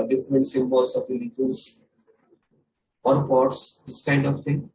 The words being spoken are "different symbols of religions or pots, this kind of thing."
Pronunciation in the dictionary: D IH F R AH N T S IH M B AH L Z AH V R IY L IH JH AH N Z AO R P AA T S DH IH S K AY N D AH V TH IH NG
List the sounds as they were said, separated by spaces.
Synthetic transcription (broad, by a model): D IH F R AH N T S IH M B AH L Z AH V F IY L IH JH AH Z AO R P AA T S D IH S K AY N D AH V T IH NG